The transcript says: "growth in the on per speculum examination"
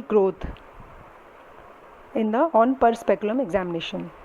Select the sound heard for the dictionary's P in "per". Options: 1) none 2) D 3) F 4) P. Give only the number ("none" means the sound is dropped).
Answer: 4